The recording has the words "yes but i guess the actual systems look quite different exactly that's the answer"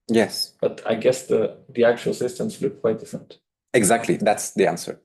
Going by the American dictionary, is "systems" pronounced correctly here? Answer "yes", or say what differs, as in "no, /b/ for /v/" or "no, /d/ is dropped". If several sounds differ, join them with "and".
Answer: no, /s/ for /z/